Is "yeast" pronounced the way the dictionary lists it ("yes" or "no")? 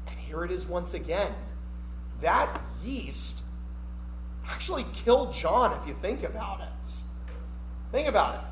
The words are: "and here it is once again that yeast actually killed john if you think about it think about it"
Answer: yes